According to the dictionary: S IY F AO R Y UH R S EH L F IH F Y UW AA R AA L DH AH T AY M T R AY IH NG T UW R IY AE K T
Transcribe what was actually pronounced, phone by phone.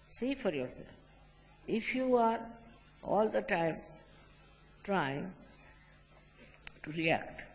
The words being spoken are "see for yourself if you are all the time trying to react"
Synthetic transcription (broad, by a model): S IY F AO R Y UH R S EH L F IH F Y UW AA R AA L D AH T AY M T R AY IH NG T UW R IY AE K T